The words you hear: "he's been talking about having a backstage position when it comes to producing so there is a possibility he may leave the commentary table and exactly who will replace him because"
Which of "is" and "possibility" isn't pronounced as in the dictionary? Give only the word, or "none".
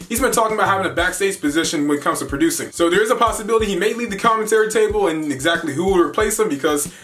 none